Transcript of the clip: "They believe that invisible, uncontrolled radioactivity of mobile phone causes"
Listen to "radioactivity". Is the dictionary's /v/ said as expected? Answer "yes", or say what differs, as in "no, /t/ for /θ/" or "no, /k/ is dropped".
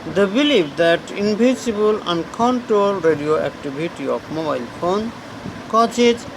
no, /b/ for /v/